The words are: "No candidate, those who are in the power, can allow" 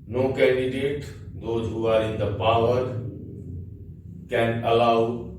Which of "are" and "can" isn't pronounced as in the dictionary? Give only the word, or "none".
none